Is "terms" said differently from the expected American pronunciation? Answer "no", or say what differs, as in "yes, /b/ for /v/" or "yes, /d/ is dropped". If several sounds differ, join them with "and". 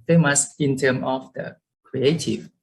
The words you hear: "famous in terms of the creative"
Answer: yes, /z/ is dropped